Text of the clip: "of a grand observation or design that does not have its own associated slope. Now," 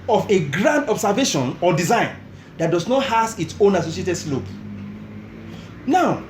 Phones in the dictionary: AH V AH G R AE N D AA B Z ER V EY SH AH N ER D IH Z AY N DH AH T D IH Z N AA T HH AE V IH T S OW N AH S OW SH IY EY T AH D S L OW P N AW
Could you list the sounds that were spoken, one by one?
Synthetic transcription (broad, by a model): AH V AH G R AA N D AA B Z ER V EY SH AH N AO D IH Z AY N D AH T D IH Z N AA T HH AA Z IH T S OW N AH S OW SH IY EY T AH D S L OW B N AW